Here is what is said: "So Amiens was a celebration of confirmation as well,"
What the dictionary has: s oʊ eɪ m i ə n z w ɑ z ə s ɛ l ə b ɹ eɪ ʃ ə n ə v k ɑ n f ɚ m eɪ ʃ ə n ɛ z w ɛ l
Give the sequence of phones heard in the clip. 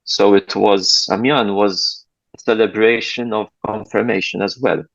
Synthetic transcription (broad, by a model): s oʊ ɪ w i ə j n w ɑ z ə s ɛ l ə b ɹ eɪ ʃ ə n ə v k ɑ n f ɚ m eɪ ʃ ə n ɛ z w ɛ l